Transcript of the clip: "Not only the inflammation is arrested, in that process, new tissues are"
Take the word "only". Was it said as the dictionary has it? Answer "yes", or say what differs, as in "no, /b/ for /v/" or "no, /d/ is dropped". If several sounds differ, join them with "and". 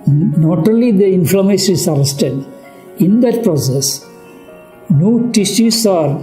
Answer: no, /n/ is dropped